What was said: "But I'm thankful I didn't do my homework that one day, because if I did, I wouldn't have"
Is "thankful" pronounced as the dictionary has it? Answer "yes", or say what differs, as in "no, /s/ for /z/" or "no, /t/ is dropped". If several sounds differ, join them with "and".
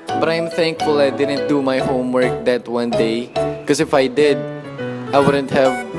yes